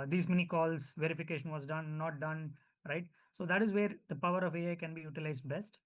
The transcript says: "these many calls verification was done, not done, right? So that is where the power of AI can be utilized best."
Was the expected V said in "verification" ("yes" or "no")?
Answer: yes